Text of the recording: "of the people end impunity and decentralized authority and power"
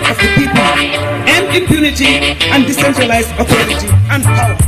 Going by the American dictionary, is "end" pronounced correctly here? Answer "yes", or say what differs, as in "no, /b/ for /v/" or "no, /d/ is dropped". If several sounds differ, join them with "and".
no, /d/ is dropped